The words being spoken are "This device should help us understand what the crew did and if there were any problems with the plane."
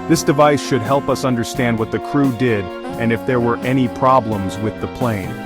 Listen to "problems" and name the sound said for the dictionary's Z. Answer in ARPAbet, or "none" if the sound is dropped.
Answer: Z